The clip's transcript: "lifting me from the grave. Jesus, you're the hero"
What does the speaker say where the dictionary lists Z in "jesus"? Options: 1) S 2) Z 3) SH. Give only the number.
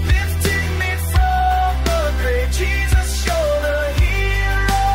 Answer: 2